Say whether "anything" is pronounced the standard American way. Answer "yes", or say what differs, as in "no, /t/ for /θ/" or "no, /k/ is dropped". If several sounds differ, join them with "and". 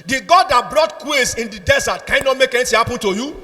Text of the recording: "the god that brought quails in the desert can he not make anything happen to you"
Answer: no, /t/ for /θ/